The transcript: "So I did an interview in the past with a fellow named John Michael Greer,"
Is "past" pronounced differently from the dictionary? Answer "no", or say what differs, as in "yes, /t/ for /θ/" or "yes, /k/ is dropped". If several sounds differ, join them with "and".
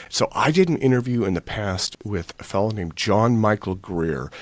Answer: no